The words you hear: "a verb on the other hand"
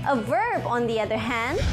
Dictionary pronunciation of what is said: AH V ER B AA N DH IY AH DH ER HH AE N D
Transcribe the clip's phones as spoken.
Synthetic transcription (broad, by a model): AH V ER B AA N DH IY AH DH ER HH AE N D